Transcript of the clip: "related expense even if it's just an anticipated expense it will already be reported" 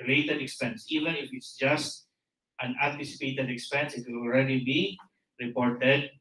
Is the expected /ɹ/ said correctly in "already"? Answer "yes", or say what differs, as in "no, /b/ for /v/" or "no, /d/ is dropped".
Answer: yes